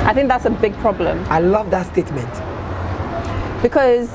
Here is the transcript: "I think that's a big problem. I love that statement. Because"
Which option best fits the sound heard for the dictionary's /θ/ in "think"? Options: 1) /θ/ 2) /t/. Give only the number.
1